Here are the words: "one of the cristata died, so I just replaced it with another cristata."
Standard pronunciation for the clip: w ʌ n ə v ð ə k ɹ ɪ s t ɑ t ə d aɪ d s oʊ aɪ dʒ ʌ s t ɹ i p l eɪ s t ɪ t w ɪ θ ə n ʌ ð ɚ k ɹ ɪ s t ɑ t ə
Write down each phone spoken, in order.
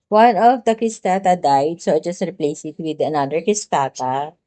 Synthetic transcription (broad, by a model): w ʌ n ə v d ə k ɹ ɪ s t ɑ t ə d aɪ d s oʊ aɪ dʒ ʌ s t ɹ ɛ p l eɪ s ɪ t w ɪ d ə n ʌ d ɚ k ɹ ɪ s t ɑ t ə